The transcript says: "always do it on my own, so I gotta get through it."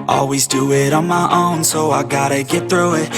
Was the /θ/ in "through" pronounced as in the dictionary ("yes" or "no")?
yes